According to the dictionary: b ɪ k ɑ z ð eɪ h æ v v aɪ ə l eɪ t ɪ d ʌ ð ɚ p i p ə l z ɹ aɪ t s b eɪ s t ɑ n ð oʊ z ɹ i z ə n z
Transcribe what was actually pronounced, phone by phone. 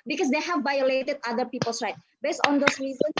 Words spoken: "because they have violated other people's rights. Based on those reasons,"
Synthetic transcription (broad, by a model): b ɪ k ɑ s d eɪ h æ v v aɪ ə l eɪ t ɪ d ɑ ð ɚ p i p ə l s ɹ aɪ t b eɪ s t ɑ n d oʊ s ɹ i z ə n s